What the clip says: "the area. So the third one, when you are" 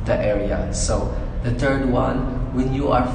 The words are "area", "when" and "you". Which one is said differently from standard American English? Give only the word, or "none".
none